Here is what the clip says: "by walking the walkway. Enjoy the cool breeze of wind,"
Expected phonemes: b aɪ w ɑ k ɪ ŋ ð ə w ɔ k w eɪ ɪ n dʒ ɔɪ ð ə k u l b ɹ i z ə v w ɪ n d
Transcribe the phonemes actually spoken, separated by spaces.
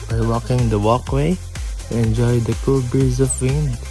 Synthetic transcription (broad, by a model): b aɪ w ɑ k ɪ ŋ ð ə w ɔ k w eɪ ɪ n dʒ ɔɪ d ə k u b i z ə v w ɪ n